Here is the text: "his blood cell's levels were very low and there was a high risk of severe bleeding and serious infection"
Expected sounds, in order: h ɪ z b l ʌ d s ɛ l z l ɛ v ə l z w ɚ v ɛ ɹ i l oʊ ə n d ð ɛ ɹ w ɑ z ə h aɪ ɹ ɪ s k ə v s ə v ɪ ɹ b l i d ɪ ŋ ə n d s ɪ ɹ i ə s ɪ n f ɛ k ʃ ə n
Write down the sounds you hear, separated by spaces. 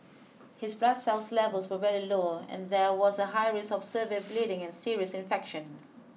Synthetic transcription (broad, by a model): h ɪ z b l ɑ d s ɛ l s l ɛ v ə l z w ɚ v ɛ ɹ i l oʊ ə n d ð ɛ w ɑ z ə h aɪ ɹ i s ə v s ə v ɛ b l i d ɪ ŋ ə n s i ɹ i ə s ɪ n f ɛ k ʃ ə n